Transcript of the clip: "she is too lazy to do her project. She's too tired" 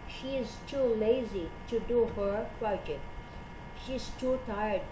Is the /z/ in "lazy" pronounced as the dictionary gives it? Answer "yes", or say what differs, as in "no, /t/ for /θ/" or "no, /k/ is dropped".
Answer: yes